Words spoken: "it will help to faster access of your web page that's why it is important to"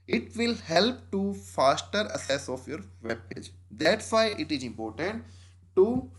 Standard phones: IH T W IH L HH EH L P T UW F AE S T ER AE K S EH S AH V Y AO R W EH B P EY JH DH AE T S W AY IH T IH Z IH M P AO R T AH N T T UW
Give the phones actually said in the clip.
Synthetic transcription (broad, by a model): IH T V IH L HH EH L P T UW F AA S T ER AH S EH S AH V Y AO R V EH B P EY JH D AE T S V AY IH T IH Z IH M P AO R T AH N T T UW